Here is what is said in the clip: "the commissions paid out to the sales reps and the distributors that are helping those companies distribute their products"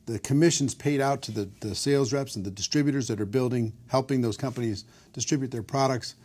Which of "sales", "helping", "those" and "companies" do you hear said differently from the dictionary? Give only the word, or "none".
none